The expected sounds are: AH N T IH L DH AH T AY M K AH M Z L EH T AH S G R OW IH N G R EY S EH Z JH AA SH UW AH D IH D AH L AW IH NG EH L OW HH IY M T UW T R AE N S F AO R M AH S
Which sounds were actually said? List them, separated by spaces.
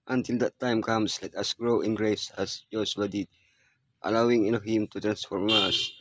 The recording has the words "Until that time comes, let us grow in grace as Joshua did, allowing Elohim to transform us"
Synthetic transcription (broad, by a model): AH N T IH L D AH T AY M K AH M S L EH T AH S G R OW IH N G R EY S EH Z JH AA S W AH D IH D AH L AW IH NG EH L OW HH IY M T UW T R AE N S F AO R M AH S